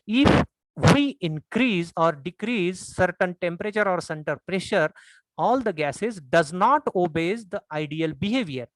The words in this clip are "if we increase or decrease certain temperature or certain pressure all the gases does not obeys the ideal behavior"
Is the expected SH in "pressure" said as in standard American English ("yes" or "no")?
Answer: yes